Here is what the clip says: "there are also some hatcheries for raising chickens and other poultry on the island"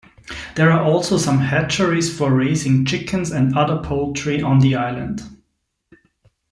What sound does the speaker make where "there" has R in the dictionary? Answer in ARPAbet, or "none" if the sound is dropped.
R